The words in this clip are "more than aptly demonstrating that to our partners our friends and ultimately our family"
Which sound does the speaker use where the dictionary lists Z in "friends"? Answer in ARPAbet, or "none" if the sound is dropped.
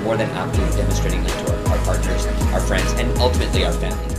Z